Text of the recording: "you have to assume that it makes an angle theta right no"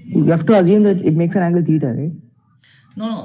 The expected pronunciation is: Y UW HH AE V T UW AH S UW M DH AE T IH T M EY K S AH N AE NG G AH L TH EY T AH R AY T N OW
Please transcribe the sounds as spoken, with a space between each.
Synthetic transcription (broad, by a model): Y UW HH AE F T UW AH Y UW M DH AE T IH T M EY K S AH N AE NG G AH L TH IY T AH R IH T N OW